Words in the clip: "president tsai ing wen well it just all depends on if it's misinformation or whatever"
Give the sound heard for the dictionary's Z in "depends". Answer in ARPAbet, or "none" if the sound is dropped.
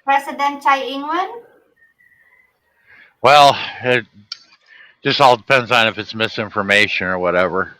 Z